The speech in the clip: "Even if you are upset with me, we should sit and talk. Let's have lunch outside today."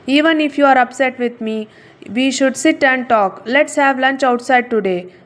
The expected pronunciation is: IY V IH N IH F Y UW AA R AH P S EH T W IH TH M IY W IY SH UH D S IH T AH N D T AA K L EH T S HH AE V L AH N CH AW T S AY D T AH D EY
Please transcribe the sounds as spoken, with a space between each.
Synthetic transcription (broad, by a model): IY V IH N IH F Y UW AA R AH P S EH T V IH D M IY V IY SH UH D S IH T AH N D T AA K L EH T S HH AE V L AH N CH AW T S AY D T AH D EY